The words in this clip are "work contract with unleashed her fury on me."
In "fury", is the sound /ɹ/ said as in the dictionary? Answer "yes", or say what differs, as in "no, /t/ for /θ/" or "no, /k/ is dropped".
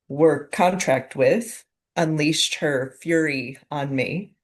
yes